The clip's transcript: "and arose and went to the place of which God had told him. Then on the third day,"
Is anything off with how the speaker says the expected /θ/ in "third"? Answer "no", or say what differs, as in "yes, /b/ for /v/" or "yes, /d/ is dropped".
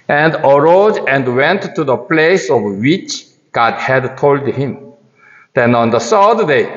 yes, /s/ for /θ/